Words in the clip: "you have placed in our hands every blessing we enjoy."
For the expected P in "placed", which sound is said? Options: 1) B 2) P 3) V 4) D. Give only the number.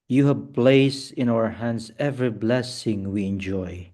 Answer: 1